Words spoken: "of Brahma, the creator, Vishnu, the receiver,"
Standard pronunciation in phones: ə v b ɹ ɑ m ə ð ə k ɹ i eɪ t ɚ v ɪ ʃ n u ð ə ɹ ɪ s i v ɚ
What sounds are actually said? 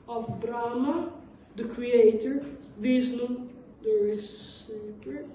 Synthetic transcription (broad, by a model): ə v b ɹ ɑ m ə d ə k ɹ i eɪ t ɚ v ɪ s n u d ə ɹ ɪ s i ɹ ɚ